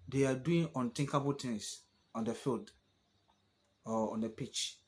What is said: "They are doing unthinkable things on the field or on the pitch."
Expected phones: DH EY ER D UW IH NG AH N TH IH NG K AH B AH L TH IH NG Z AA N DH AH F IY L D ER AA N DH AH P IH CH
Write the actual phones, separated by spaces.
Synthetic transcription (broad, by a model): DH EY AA D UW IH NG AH N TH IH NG K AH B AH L T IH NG S AA N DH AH F IY L D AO AA N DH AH P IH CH